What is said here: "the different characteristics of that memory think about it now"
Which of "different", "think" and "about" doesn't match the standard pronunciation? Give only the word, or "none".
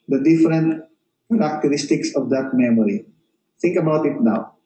think